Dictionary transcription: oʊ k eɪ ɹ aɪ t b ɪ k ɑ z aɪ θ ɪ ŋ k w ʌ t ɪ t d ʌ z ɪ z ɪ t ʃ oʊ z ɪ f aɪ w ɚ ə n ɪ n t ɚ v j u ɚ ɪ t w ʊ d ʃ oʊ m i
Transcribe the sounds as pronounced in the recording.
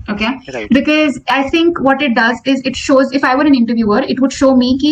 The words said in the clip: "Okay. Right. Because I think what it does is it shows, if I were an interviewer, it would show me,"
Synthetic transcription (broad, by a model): oʊ k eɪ b ɪ k ɑ z aɪ t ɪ ŋ k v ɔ t ɪ t d ʌ z ɪ z ɪ t ʃ oʊ z ɪ f aɪ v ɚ ə n ɪ n t ɚ v j u ɚ ɪ t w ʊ d ʃ oʊ m i